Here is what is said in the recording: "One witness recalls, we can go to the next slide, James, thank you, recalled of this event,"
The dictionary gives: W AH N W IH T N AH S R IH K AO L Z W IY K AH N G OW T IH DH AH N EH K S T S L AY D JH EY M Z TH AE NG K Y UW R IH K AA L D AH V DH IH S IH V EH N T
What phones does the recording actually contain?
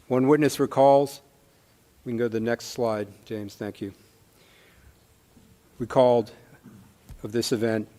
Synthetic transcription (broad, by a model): W AH N W IH T N AH S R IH K AO L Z W IY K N G OW T IH DH AH N EH K S T S L AY D JH EY M Z TH AE NG K Y UW W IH K AA L D AH V DH IH S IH V EH N T